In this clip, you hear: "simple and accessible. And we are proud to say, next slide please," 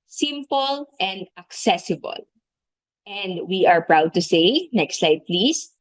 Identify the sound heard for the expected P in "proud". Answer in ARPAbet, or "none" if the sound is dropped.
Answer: P